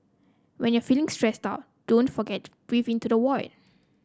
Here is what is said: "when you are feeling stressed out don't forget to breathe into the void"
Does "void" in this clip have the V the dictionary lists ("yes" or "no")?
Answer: no